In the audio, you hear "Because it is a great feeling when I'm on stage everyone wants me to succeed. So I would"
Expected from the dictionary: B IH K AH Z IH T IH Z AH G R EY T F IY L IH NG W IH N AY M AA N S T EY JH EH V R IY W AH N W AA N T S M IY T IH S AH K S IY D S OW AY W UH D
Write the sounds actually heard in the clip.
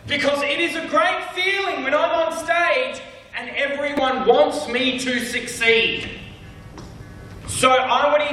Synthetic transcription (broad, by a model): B IH K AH Z IH T IH Z AH G R EY T F IY L IH NG W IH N AY M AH N S T EY JH EH V R IY W AH N W AA N T S M IY T IH S AH K S IY D S OW AY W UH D